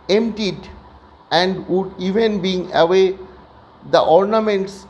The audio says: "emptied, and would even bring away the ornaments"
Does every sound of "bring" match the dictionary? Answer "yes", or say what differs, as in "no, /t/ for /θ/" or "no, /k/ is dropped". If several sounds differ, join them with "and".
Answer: no, /ɹ/ is dropped